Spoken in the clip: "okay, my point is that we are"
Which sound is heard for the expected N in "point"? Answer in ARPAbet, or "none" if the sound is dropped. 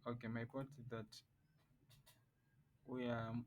none